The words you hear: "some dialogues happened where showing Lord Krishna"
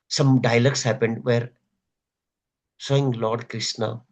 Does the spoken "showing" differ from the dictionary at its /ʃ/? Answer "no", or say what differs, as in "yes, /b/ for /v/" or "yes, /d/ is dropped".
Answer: yes, /s/ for /ʃ/